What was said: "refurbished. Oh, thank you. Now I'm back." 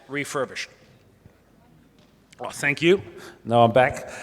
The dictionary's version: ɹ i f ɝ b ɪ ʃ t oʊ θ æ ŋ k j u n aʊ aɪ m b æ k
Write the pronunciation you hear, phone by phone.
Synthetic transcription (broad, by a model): ɹ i f ɝ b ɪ ʃ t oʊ θ æ ŋ k j u n aʊ aɪ m b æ k